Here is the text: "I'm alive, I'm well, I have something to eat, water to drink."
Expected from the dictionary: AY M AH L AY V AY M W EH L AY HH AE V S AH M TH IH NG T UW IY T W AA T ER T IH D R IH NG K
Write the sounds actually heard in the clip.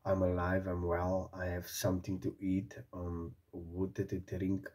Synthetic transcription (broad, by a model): AY M AH L AY V AY M W EH L AY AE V S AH M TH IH NG T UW IY T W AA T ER T IH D R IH NG K